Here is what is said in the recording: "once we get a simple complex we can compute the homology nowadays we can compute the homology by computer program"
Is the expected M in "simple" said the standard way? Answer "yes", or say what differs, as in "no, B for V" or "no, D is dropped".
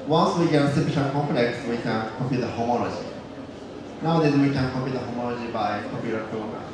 no, M is dropped